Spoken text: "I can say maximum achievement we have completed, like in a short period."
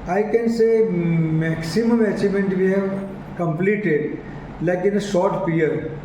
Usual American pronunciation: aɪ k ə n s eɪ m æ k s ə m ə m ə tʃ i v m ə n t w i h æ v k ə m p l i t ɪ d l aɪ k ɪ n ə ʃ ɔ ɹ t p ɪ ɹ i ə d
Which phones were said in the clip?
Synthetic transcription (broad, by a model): aɪ k ə n s eɪ m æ k s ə m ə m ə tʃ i m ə n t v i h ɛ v k ə m p l i t ɪ d l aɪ k ɪ n ə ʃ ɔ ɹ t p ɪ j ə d